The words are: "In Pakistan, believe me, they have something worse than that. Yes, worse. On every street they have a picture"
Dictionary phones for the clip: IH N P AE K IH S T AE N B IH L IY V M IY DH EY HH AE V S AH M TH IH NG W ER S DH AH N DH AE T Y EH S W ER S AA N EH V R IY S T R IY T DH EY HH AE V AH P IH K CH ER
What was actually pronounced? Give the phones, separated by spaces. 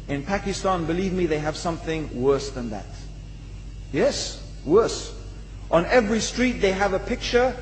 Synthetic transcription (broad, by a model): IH N P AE K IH S T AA N B IH L IY V M IY DH EY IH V S AH M TH IH NG W ER S DH AH N DH AE T Y EH S W ER S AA N EH V R IY S T R IY T DH EY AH V AH P IH K CH ER